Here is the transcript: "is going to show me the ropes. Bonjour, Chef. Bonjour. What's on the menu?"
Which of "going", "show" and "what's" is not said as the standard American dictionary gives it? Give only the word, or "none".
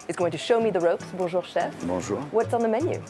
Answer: none